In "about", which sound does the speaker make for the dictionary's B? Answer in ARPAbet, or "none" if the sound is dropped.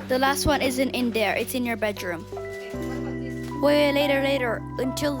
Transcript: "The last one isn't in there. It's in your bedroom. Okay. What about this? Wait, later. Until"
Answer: none